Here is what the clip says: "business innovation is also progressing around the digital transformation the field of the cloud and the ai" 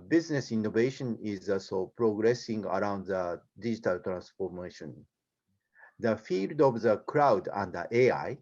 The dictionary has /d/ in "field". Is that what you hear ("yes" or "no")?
yes